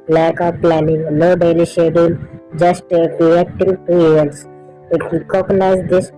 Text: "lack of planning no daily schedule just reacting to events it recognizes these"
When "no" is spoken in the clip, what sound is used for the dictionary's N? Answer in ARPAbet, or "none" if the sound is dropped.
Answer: L